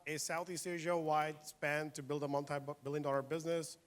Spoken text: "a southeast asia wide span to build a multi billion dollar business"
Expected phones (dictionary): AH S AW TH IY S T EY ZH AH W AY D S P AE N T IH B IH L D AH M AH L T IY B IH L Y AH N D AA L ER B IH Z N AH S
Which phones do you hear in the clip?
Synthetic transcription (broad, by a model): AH S AW TH IY S T EY ZH AH W AY D S P AE N T IH B IH L D AH M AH N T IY B IH L Y AH N D AA L ER B IH Z N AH S